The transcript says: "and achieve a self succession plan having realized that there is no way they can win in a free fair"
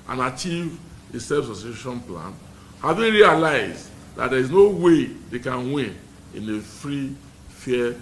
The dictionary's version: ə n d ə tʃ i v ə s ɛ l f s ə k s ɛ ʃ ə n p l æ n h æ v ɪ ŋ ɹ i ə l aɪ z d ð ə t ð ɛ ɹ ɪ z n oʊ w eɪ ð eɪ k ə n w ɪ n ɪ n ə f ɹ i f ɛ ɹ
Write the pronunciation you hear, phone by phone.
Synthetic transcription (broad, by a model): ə n ə tʃ i v ə s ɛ f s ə s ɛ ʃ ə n p l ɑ n h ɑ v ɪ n ɹ i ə l aɪ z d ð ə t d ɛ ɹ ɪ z n oʊ w eɪ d eɪ k ə n w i n ɪ n ə f ɹ i f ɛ